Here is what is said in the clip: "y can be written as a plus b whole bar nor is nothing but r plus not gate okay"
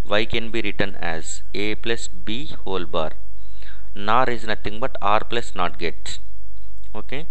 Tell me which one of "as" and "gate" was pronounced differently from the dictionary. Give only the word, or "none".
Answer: none